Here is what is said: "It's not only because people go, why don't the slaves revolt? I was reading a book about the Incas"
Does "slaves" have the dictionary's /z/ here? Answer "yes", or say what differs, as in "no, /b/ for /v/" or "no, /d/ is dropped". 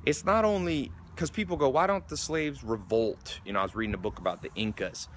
yes